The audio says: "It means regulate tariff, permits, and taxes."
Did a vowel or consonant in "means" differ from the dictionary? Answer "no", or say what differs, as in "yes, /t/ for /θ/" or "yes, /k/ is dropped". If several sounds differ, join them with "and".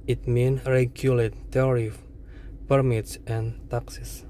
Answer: yes, /z/ is dropped